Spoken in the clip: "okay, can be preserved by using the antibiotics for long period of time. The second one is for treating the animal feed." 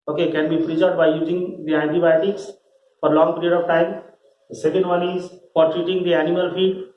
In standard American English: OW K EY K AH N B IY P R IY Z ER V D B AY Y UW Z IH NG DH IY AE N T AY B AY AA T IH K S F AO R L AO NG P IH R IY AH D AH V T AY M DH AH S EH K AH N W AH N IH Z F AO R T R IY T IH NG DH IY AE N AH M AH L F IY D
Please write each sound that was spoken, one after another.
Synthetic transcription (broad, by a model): OW K EY K AH N B IY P R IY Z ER D B AY Y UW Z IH NG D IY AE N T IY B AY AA T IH K S F AO R L AO NG P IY R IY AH D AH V T AY M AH S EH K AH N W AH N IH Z F AO R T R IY T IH NG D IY AE N AH M AH L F IY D